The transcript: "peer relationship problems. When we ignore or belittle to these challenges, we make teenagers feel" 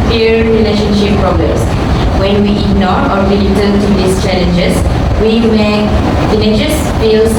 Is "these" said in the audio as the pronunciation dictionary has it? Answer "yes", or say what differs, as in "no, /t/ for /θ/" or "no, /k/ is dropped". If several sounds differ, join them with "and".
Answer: no, /s/ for /z/